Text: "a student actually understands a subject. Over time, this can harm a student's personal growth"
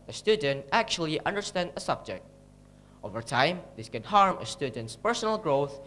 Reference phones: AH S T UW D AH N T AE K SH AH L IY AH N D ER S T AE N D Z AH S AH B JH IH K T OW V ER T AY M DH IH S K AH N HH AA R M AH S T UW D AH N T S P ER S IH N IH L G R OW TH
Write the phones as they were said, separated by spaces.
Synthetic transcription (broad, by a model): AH S T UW D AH N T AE K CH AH L IY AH N D ER S T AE N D AH S AH B JH IH K T OW V ER T AY M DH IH S K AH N HH AA R M AH S T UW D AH N T S P ER S IH N IH L G R OW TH